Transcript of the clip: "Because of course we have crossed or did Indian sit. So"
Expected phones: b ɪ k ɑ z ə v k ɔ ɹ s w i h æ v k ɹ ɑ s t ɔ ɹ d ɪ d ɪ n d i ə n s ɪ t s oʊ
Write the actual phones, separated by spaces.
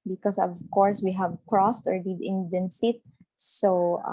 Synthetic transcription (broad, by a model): b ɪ k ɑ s ə v k ɔ ɹ s w i h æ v k ɹ ɑ s t ɔ ɹ d ɪ d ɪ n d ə n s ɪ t s oʊ